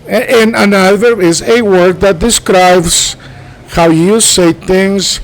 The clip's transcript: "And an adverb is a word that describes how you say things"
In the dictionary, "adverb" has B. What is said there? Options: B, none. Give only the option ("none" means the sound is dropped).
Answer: none